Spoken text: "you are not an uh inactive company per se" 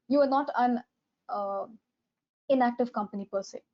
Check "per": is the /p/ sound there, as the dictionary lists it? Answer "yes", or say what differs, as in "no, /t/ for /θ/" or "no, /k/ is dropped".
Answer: yes